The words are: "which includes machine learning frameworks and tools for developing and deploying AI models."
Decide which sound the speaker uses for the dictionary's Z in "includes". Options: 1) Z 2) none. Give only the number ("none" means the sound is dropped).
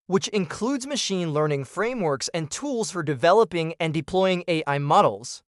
1